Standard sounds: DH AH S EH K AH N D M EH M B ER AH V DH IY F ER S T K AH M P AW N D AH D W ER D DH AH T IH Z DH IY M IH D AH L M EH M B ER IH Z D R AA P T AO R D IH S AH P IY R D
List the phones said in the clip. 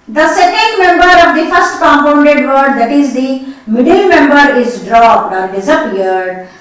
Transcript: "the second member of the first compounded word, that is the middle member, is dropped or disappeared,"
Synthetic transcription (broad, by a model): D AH S EH K AH N D M EH M B ER AH V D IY F ER S T K AH M P AW N D AH D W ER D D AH T IH Z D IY M IH D AH L M EH M B ER IH Z D R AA P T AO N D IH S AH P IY R D